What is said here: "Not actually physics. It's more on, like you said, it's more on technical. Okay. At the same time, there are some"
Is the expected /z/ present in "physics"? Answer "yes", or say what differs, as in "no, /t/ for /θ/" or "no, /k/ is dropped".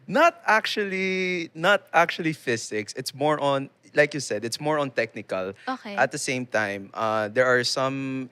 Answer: no, /s/ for /z/